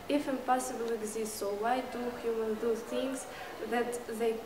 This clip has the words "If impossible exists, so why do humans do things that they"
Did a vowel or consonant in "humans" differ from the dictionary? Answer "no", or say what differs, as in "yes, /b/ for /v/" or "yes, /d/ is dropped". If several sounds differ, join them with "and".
yes, /z/ is dropped